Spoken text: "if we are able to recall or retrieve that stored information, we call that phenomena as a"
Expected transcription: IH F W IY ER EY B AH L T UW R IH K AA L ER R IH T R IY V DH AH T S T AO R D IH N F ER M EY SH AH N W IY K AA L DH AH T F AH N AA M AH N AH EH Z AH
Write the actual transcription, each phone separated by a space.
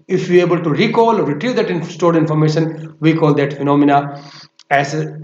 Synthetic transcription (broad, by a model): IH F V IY EY B AH L T UW R IH K AA L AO R IH T R IY V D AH T S T AO R D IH N F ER M EY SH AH N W IY K AA L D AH T F AH N AA M AH N AH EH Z